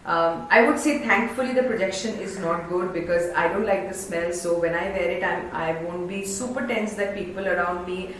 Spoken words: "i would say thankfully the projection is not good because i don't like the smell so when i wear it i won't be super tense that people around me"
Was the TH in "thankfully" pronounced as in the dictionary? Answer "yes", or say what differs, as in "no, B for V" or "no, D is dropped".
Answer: no, T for TH